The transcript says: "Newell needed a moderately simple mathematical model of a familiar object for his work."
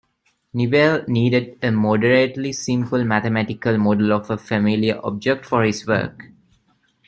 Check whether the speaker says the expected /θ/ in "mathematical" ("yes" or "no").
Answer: no